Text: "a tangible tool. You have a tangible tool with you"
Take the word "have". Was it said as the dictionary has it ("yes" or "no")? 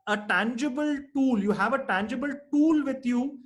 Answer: yes